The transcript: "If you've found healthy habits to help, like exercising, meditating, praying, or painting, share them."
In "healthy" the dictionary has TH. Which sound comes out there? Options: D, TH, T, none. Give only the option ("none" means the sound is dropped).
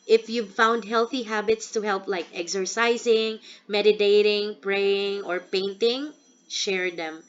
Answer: TH